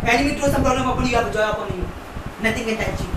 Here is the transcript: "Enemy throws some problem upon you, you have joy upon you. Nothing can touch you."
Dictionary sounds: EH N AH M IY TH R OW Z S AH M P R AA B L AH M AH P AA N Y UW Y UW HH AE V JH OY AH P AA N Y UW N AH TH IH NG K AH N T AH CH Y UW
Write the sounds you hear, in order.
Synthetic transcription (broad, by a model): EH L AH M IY T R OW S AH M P R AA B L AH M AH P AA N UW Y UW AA P JH OY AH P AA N Y UW N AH T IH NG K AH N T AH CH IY